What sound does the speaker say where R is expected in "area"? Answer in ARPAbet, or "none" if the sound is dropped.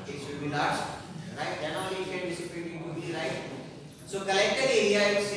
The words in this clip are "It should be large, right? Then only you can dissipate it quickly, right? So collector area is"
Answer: none